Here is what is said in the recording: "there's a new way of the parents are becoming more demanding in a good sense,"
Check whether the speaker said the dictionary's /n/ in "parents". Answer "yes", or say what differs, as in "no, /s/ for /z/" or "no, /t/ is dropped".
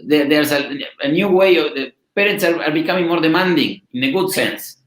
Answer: no, /n/ is dropped